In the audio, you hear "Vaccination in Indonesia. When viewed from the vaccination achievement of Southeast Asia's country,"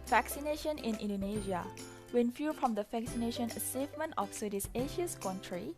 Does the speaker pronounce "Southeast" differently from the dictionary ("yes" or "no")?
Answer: yes